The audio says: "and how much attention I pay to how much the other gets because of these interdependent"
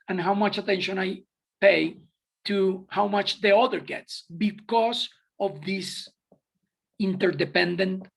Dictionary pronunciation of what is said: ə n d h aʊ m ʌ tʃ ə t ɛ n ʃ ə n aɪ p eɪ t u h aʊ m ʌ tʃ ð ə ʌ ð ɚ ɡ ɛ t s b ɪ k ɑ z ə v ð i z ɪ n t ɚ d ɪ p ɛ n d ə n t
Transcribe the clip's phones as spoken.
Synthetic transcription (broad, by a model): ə n h aʊ m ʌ tʃ ə t ɛ n ʃ ə n aɪ p eɪ t u h aʊ m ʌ tʃ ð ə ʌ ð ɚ ɡ ɛ t s b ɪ k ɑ s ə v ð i s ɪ n t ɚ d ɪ p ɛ n d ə n t